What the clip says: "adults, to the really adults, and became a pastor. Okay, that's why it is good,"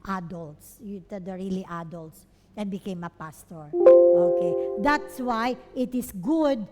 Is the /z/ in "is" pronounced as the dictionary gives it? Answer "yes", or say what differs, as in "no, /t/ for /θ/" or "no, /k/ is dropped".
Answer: no, /s/ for /z/